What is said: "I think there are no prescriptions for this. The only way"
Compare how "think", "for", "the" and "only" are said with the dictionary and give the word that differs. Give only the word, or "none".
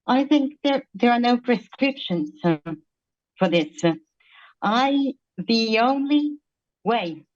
none